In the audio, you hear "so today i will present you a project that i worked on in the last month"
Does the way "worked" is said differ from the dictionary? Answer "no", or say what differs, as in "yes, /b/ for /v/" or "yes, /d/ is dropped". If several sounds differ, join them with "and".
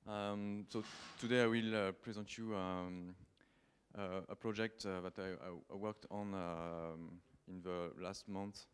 no